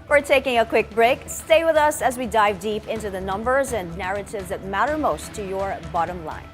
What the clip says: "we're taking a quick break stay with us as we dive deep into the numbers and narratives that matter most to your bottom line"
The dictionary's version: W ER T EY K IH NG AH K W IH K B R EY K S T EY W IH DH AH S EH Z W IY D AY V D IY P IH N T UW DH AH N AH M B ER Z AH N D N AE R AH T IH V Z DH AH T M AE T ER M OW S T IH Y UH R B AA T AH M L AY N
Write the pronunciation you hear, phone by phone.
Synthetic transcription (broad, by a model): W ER T EY K IH NG AH K W IH K B R EY K S T EY W IH DH AH S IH Z W IY D AY V D IY P IH N T UW DH AH N AH M B ER Z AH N N AE R AH T IH V Z DH AH T M AE T ER M OW S T IH Y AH R B AA T AH M L AY N